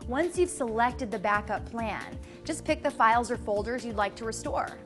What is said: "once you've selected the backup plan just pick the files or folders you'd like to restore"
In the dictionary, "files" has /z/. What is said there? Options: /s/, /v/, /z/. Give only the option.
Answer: /z/